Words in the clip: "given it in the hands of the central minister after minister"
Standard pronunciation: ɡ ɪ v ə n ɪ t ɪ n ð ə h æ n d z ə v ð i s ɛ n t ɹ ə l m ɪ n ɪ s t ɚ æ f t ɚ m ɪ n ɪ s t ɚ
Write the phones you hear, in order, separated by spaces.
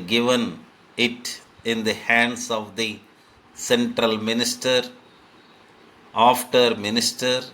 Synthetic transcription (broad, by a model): ɡ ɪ v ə n ɪ t ɪ n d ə h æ n d s ə v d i s ɛ n t ɹ ə l m ɪ n ɪ s t ɚ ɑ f t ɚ m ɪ n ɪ s t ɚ